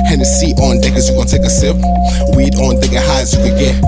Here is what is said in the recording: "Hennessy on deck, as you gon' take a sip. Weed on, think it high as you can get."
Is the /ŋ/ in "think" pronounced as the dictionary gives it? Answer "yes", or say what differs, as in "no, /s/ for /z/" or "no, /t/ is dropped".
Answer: no, /ŋ/ is dropped